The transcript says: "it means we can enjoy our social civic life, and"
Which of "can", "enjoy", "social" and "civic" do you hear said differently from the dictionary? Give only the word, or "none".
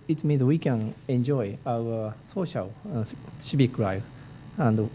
civic